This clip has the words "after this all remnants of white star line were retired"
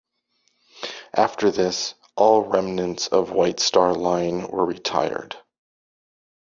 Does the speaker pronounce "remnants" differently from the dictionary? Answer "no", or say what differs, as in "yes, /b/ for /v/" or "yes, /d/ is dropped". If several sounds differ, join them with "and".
no